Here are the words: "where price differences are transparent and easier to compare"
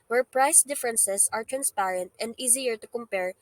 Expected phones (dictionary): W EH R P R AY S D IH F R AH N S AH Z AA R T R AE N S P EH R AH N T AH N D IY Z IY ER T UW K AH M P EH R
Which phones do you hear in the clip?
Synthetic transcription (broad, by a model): W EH R P R AY S D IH F R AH N S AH S AA R T R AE N S P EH R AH N T AH N D IY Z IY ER T UW K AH M P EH R